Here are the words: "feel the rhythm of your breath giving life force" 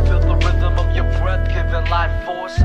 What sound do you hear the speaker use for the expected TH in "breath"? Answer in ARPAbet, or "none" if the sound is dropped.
T